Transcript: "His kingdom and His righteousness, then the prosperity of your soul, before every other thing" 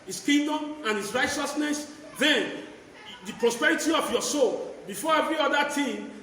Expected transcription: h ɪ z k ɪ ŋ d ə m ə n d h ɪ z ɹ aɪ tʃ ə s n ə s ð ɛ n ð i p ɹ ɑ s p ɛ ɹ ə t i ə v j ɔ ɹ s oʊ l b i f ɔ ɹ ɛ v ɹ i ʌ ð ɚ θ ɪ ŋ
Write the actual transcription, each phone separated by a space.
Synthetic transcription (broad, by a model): h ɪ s k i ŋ d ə m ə n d h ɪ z ɹ aɪ tʃ ə s n ə s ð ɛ n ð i p ɹ ɑ s p ɛ ɹ ə t i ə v j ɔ s oʊ l b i f ɔ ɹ ɛ v ɹ i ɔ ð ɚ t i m